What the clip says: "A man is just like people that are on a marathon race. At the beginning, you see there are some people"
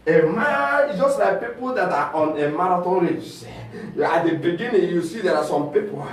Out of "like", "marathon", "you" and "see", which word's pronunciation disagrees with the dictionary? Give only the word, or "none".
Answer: marathon